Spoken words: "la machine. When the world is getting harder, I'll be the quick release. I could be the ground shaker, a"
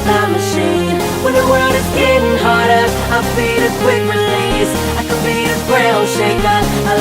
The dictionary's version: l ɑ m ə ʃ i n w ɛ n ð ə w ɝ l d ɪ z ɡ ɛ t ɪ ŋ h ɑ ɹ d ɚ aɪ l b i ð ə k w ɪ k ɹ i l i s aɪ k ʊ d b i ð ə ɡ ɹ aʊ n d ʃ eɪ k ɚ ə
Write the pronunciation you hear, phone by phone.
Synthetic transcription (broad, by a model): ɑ m ə ʃ i n w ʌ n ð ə w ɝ d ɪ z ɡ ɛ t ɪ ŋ h ɑ ɹ d ɚ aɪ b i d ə k w ɪ k ɹ i l i s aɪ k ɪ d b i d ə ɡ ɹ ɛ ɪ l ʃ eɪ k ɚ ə